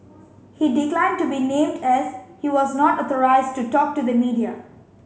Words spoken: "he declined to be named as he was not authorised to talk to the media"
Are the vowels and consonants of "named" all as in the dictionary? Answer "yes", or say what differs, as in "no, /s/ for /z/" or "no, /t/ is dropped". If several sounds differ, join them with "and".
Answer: yes